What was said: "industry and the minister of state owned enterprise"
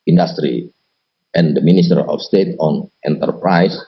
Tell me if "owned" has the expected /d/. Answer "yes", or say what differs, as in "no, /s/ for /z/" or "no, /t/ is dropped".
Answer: no, /d/ is dropped